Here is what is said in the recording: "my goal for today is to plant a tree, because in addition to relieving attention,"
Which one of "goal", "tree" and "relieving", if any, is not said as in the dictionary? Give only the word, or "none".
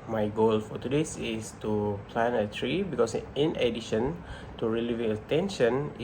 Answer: none